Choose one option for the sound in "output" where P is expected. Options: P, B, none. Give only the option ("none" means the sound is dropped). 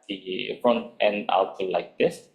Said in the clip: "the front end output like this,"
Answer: none